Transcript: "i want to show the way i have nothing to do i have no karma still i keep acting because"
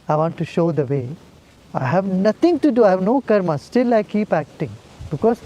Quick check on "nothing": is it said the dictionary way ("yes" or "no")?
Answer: no